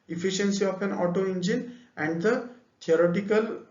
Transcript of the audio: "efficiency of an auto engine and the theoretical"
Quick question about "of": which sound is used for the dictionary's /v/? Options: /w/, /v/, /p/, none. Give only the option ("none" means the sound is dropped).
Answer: /p/